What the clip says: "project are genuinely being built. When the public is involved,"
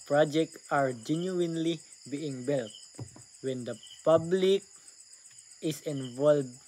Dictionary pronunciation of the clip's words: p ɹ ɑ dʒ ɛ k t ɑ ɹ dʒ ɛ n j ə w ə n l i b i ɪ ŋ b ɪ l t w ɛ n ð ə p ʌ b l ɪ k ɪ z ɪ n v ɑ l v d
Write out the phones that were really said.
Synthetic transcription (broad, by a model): p ɹ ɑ dʒ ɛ k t ɑ ɹ dʒ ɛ n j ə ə n l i b i ɪ ŋ b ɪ l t w ɛ n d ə p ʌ b l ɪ k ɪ s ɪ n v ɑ l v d